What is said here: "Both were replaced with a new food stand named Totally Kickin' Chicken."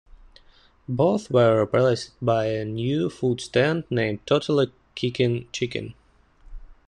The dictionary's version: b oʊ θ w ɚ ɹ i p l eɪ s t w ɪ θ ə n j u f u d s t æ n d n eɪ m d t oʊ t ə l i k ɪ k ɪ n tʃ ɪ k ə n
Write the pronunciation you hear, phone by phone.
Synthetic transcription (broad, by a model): b oʊ θ w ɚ ɹ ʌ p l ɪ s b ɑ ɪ ə n j u f u d s t æ n d n eɪ m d t oʊ t ə l i k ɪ k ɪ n tʃ ɪ k ə n